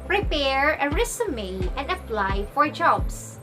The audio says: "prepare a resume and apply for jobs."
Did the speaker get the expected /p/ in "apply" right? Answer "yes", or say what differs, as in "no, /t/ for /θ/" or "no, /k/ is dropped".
no, /f/ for /p/